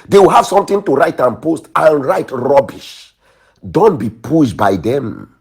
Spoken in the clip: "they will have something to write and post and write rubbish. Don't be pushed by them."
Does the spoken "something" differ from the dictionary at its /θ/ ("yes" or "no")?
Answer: yes